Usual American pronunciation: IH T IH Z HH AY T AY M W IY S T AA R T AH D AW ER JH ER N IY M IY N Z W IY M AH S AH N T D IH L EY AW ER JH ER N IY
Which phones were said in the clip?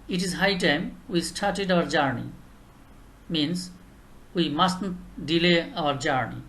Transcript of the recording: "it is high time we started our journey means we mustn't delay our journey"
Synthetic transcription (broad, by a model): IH T IH Z HH AY T AY M W IY S T AA R T AH D AW ER JH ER N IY M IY N S W IY M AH S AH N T D IH L EY AW ER JH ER N IY